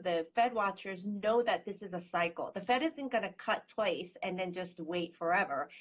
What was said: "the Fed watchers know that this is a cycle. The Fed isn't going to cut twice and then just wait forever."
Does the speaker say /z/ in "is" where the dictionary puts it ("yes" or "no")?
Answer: yes